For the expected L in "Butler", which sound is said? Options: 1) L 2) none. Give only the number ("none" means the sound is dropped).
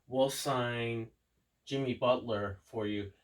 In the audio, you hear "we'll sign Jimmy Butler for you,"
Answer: 1